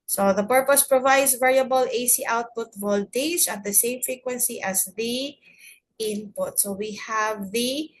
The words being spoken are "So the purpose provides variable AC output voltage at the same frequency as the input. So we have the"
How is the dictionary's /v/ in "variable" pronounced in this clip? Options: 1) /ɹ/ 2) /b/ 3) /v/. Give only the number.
3